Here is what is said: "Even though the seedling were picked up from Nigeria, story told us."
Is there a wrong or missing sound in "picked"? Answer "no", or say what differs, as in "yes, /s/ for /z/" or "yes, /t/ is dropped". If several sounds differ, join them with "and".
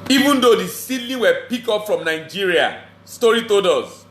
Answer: yes, /t/ is dropped